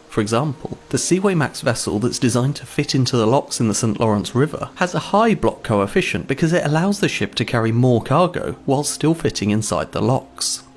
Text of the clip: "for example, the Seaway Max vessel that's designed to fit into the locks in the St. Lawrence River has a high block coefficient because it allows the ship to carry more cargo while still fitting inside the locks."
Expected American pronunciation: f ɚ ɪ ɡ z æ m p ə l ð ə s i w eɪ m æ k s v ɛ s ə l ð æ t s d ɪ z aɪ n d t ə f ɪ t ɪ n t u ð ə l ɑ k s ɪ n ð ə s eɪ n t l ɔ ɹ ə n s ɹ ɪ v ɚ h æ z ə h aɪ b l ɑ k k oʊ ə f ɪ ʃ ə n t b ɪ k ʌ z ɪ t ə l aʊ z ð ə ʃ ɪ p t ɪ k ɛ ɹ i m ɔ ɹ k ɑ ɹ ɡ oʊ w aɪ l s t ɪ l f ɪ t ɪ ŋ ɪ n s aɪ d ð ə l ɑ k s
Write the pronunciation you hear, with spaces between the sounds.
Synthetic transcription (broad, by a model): f ɚ ɪ ɡ z æ m p ə l ð ə s i w eɪ m æ k s v ɛ s ə l ð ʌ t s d ɪ z aɪ n t ə f ɪ t ɪ n t u ð ə l ɑ k s ɪ n ð ə s eɪ n t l ɔ ɹ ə n s ɹ ɪ v ɚ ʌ z ə h aɪ b l ɑ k k oʊ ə f ɪ ʃ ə n b ɪ k ʌ z ɪ t ə l aʊ z ð ə ʃ ɪ p t ɪ k ɛ ɹ i m ɔ ɹ k ɑ ɹ ɡ oʊ w aɪ l s t ɪ l f ɪ t ɪ ŋ ɪ n s aɪ d ð ə l ɑ k s